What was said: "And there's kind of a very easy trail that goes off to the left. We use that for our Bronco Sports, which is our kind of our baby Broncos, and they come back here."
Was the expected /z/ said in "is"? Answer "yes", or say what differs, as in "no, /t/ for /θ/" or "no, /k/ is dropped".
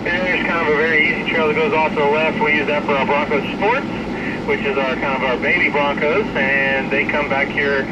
yes